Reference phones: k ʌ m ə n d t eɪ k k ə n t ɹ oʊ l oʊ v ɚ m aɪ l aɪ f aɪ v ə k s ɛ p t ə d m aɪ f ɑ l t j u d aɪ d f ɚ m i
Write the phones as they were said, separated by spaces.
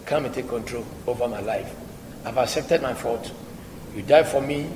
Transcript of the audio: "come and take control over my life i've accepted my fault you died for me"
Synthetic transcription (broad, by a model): k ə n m t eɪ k k ə n t ɹ oʊ l oʊ v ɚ m aɪ l aɪ f aɪ v ə k s ɛ p t ə d m aɪ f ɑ t j u d aɪ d f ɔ m i